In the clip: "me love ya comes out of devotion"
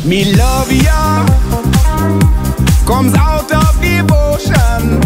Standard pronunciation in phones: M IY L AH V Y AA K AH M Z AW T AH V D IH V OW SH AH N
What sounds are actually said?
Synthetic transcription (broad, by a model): M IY L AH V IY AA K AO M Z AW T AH F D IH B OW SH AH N